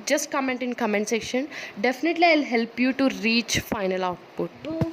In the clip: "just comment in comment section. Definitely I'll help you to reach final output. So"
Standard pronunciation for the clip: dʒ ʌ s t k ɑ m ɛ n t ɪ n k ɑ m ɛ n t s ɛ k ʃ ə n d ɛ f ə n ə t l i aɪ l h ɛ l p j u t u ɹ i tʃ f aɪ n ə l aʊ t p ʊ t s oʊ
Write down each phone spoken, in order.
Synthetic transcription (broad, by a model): dʒ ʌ s t k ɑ m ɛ n t ɪ n k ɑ m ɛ n t s ɛ k ʃ ə n d ɛ f ə n ə t l i aɪ l h ɛ l p j u t u ɹ i tʃ f aɪ n ə l aʊ t p ʊ t